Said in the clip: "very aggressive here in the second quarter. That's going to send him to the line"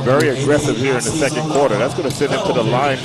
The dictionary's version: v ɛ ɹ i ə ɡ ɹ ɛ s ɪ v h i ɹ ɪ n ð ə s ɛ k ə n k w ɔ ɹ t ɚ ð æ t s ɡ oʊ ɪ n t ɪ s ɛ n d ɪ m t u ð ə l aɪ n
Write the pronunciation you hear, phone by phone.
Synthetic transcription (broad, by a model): v ɛ ɹ i ə ɡ ɹ ɛ s ɪ v h i ɹ ɪ n ð ə s ɛ k ə n k w ɔ ɹ t ɚ ð æ t s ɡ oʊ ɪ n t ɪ s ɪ d ɪ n t u ð ə l aɪ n